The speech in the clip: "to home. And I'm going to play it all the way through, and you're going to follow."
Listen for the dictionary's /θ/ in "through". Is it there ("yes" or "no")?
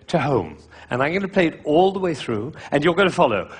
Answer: yes